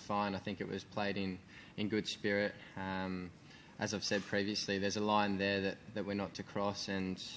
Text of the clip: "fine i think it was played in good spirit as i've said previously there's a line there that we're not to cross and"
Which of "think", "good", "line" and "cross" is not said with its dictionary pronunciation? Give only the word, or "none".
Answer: none